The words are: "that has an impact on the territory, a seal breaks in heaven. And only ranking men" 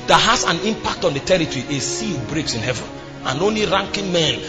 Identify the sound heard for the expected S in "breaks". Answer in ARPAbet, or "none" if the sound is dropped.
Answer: S